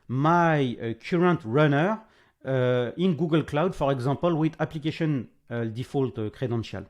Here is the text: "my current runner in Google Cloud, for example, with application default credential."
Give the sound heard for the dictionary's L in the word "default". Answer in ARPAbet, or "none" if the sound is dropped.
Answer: L